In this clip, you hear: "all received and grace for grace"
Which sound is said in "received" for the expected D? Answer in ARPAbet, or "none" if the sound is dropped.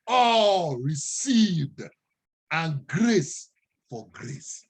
D